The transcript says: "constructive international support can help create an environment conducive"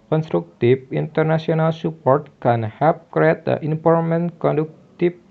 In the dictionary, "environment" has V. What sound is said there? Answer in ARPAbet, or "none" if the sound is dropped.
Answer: P